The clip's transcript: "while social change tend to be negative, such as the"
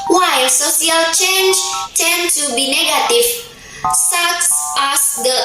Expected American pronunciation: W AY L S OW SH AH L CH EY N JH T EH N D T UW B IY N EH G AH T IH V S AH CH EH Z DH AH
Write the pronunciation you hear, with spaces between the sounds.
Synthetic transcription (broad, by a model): W AY S OW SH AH L CH EY N JH T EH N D T UW B IY N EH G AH T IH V S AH S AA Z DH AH